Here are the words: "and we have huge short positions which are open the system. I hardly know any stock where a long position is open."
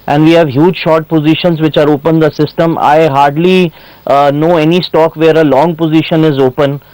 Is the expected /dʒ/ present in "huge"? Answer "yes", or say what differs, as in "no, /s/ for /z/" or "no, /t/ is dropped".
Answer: yes